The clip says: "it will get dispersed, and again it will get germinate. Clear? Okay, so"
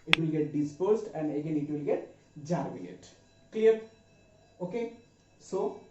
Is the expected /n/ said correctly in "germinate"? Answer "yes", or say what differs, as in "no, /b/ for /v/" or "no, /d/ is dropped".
no, /l/ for /n/